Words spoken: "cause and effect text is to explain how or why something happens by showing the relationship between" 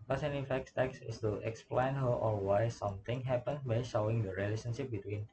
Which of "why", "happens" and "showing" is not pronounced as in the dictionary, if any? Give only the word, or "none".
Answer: happens